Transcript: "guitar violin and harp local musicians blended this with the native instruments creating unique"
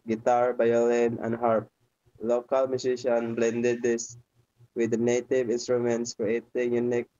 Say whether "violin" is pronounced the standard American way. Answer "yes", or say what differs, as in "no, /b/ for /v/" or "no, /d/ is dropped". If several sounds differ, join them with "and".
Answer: no, /b/ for /v/